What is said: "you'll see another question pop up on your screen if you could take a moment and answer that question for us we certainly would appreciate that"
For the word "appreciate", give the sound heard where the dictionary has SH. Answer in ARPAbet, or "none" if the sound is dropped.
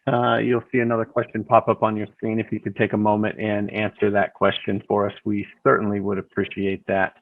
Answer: SH